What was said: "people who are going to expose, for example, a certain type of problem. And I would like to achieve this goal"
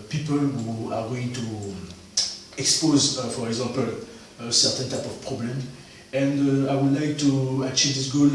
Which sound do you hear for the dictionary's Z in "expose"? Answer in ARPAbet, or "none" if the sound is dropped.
Z